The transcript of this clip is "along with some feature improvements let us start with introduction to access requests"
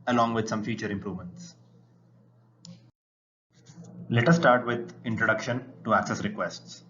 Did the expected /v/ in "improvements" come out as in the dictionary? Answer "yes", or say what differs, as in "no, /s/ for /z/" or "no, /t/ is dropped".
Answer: yes